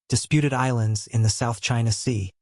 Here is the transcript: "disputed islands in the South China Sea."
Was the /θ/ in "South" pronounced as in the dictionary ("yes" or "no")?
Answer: yes